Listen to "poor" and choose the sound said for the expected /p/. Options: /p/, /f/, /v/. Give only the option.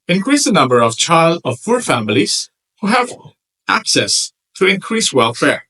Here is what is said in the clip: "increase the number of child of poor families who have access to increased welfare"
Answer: /f/